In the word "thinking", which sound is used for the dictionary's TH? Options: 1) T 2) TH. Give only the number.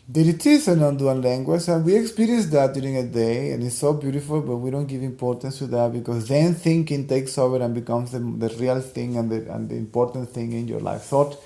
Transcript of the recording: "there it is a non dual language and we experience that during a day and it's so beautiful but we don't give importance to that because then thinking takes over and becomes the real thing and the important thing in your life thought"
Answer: 2